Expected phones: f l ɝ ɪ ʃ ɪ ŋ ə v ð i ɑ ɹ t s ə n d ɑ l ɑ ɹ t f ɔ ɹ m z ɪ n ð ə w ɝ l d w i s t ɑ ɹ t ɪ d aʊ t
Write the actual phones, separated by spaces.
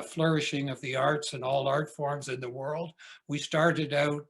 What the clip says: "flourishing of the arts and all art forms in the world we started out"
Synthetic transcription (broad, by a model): f l ɝ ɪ ʃ ɪ ŋ ə v ð i ɑ ɹ t s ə n ɑ l ɑ ɹ t f ɔ ɹ m z ɪ n ð ə w ɝ l d w i s t ɑ ɹ t ɪ d aʊ t